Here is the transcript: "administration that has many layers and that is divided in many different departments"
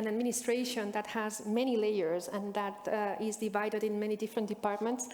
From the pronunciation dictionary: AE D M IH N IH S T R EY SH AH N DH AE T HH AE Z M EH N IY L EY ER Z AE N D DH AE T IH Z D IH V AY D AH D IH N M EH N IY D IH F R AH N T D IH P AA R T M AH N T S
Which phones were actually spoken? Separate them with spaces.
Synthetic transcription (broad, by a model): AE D M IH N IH S T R EY SH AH N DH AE T HH AE Z M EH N IY L EY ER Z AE N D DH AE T IH Z D IH V AY D AH D IH N M EH N IY D IH F R AH N T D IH P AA R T M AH N T S